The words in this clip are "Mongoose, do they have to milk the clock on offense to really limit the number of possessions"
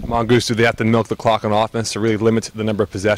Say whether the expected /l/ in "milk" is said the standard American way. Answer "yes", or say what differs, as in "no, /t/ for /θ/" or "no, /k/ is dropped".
yes